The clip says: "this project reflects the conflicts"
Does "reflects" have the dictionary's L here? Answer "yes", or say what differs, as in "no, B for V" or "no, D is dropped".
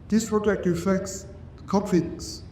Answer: no, L is dropped